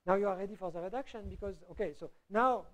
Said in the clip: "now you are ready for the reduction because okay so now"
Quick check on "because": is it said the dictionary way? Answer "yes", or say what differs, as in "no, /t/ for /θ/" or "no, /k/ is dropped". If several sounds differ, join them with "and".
yes